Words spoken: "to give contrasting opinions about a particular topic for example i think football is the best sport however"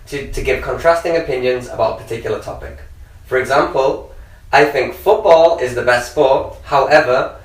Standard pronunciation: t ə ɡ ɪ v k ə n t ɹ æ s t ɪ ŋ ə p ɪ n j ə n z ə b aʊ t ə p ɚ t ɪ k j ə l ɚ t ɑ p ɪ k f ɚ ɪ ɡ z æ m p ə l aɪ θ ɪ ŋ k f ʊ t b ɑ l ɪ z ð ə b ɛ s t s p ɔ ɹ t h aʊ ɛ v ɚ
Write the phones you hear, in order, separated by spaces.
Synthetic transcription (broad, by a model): t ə ɡ ɪ v k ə n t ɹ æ s t ɪ ŋ ə p ɪ n j ə n z ə b aʊ t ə p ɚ t ɪ k j l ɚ t ɑ p ɪ k f ɚ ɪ ɡ z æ m p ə l aɪ θ ɪ ŋ k f ʊ t b ɑ l ɪ z ð ə b ɛ s t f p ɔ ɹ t h aʊ ɛ v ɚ